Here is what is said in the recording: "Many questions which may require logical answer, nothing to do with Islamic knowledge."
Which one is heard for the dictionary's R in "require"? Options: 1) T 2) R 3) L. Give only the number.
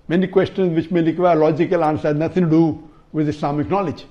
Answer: 3